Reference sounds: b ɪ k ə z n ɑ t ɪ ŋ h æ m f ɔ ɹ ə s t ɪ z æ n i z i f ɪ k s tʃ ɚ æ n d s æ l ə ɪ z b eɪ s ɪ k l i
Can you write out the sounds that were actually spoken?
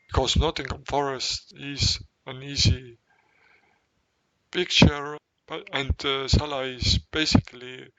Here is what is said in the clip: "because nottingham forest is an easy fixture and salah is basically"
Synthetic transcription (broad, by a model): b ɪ k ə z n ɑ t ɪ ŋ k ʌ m f ɔ ɹ ə s t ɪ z æ n i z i p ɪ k tʃ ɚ æ n d s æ l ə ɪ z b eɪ s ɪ k l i